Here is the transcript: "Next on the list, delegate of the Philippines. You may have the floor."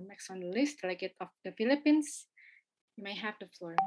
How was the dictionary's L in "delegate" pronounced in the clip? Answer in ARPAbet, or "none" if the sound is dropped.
none